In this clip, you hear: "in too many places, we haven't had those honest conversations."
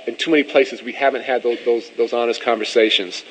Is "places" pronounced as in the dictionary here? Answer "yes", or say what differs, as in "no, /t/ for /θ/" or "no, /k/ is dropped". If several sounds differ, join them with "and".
yes